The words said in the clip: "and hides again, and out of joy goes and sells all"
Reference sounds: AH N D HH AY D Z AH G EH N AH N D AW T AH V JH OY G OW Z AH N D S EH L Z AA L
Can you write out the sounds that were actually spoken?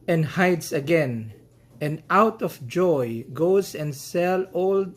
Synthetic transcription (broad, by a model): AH N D HH AY D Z AH G EH N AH N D AW T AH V JH OY G OW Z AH N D S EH L AA L